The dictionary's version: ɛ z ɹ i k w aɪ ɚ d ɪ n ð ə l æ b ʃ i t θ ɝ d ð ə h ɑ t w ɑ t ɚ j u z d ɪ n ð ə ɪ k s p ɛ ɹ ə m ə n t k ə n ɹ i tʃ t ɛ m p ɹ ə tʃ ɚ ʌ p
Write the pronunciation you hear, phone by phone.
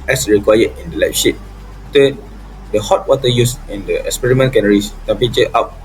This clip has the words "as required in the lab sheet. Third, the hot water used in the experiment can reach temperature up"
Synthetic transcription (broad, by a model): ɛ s ɹ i k w aɪ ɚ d ɪ n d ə l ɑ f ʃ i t t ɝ d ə h ɑ t w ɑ t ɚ j u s ɪ n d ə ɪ k s p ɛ ɹ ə m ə n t k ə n ɹ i s t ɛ m p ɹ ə tʃ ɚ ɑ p